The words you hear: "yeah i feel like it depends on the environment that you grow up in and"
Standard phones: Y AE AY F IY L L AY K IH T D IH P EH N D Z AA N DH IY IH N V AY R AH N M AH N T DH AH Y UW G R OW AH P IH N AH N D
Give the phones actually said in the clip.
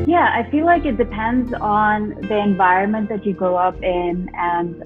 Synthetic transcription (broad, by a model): Y AE AY F IY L L AY K IH T D IH P EH N D Z N DH IY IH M V AY R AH N M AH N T DH AH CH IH G R OW AH P IH N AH N